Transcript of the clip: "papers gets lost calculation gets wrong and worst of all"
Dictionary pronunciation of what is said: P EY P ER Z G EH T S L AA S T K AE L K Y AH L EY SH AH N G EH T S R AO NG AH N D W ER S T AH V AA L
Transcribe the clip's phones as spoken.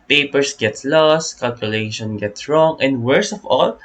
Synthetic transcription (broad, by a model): P EY P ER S G EH T S L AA S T K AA L K Y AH L EY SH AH N G EH T S R AO NG AH N D W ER S AH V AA L